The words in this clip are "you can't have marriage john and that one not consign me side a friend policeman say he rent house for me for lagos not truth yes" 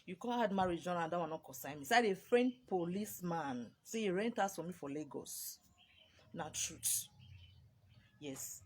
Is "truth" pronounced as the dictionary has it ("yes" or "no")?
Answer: no